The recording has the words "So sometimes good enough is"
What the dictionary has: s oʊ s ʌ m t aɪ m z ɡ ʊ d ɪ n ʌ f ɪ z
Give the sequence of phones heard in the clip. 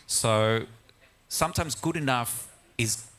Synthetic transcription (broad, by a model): s oʊ s ʌ m t aɪ m z ɡ ʊ d ɪ n ʌ f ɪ z